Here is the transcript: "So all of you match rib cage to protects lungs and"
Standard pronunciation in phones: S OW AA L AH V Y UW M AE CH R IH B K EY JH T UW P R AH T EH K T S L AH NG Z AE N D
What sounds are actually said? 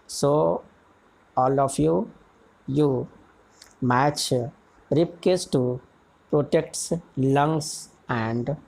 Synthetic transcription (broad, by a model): S OW AA L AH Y Y UW M AE CH R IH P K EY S T UW P R AH T EH K T S L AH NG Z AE N D